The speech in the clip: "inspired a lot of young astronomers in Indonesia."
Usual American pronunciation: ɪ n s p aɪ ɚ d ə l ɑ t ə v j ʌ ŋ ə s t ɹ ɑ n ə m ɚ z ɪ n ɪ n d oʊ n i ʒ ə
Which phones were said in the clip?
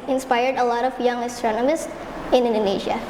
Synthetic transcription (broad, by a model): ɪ n s p aɪ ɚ d ə l ɑ t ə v j ʌ ŋ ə s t ɹ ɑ n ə m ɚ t ɪ n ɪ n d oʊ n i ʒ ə